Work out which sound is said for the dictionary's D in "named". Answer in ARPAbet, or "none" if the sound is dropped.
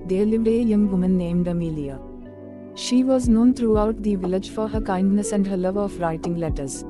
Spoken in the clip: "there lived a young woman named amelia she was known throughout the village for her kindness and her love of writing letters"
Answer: D